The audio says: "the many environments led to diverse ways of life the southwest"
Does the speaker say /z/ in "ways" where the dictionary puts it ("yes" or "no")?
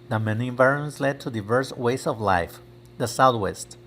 no